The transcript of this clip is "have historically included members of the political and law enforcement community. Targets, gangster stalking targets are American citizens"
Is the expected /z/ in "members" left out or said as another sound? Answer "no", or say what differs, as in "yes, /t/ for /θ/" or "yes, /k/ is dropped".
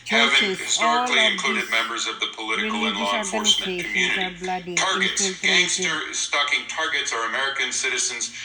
no